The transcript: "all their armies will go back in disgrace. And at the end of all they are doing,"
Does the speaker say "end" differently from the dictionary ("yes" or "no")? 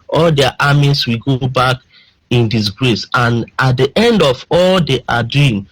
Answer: no